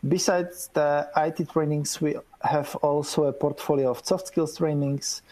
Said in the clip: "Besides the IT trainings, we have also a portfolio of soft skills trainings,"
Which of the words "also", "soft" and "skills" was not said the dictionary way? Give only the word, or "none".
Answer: skills